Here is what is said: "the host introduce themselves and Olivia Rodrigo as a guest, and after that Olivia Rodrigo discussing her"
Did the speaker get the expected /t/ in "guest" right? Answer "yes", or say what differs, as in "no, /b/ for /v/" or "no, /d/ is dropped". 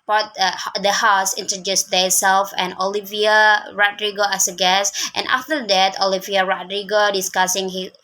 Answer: yes